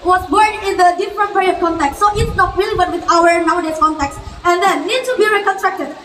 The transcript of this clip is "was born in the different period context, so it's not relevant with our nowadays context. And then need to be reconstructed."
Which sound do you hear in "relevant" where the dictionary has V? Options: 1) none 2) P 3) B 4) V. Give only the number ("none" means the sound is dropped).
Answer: 3